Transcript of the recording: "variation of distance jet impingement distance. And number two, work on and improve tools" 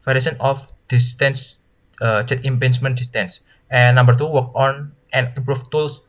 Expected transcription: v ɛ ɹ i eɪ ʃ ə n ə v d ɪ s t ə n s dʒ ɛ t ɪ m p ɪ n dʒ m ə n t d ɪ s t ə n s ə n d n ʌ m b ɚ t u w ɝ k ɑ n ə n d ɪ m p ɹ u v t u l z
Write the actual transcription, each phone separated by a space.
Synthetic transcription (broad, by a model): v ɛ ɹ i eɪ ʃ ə n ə f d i s t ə n s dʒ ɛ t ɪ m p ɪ n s m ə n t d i s t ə n s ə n n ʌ m b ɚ t u w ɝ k ɑ n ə n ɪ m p ɹ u f t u l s